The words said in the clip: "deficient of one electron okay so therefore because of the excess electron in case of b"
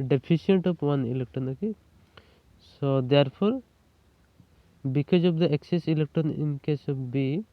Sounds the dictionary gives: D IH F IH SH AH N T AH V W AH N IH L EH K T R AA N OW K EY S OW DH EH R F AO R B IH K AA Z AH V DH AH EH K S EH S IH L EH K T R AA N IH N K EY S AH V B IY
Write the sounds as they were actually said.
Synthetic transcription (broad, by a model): D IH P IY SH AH N T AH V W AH N IH L EH K T R AA N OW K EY S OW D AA R P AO R B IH K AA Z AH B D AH EH K S EH S IH L EH K T R AA N IH N K EY S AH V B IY